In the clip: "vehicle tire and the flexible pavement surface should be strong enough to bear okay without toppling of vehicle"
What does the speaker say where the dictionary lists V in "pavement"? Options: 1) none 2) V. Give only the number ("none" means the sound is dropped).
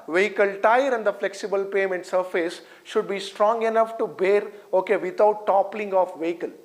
1